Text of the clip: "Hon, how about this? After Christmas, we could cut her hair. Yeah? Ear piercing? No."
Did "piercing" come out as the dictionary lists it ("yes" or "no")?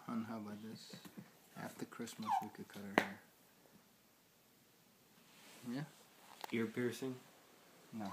yes